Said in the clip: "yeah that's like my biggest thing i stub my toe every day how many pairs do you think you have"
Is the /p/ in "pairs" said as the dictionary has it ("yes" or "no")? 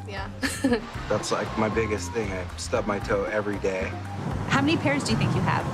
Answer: yes